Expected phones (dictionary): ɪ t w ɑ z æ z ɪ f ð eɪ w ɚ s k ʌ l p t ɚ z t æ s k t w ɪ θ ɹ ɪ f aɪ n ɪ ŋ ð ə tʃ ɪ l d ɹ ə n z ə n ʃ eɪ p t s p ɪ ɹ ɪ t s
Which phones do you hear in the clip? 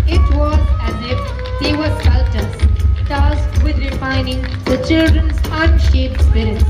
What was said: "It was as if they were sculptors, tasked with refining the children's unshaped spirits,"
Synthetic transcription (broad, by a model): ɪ t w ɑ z æ z ɪ f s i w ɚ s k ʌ l t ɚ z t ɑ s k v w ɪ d ɹ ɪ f aɪ n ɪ ŋ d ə tʃ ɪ l d ɹ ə n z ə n ʃ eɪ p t s p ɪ ɹ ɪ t s